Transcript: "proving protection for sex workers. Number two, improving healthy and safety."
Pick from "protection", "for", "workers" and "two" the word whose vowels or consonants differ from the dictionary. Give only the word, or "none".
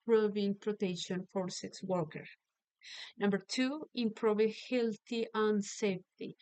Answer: workers